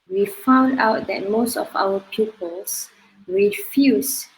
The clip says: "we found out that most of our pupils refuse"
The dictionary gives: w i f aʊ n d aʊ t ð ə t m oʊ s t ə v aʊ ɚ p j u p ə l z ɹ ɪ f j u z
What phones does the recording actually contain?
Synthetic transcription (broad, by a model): w i f aʊ n d aʊ t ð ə t m oʊ s t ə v aʊ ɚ p j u p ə l s ɹ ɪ f j u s